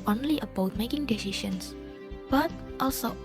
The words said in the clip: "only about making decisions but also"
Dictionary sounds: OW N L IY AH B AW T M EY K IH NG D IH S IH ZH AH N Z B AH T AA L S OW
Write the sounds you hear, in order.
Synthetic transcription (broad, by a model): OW N L IY AH B AW T M EY K IH NG D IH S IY SH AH N S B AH T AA L S OW